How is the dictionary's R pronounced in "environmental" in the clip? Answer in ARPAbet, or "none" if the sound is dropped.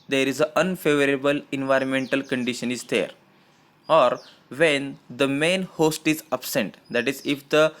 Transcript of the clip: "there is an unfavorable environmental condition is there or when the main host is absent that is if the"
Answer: R